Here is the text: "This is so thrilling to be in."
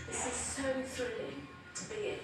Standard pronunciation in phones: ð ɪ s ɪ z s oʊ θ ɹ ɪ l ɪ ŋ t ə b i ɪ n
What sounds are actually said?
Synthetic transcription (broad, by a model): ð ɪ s ɪ z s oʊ θ ɹ ɪ l ɪ ŋ t ə b i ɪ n